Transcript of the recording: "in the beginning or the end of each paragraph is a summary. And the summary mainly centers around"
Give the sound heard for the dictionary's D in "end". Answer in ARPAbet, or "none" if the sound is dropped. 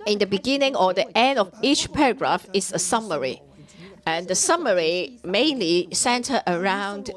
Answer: D